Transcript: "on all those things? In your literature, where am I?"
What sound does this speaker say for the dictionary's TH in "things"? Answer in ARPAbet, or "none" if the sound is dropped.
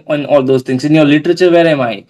T